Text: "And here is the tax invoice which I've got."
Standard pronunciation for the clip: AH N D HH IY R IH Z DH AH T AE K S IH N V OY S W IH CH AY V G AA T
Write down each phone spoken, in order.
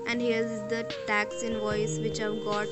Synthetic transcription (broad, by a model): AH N D HH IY R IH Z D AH T AE K S IH N V OY S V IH CH AY V G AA T